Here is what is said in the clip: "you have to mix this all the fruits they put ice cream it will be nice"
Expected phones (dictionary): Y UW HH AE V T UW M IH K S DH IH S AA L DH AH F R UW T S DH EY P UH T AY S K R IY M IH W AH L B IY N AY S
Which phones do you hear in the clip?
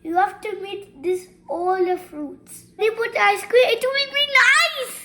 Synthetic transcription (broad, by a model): Y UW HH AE F T UW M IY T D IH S AA L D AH F R UW T S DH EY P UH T AY S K W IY IH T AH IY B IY N AY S